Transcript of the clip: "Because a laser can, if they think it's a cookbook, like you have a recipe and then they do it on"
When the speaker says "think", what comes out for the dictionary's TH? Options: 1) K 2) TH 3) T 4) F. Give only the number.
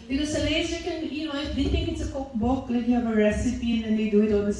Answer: 3